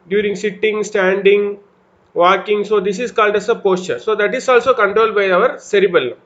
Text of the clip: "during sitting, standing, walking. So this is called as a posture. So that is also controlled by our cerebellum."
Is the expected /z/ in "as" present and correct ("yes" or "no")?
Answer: no